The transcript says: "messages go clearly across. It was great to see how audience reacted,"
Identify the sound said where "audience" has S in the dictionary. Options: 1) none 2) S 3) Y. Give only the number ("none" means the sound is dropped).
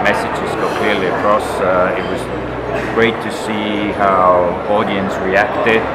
2